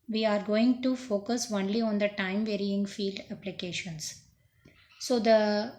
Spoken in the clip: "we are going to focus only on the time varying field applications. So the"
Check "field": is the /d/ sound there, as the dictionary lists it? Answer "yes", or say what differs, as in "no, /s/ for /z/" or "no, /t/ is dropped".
yes